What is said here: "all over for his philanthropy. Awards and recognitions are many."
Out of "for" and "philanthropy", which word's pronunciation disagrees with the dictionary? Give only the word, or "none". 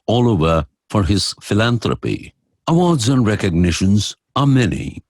philanthropy